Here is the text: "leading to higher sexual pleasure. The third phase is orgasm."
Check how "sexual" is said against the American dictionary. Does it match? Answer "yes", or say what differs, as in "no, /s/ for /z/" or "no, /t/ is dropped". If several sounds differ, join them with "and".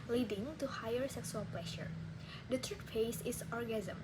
no, /s/ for /ʃ/